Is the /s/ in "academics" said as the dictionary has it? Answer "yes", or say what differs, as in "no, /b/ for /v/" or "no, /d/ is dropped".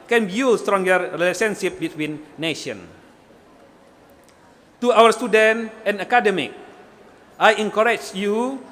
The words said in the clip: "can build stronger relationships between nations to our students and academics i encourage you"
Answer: no, /s/ is dropped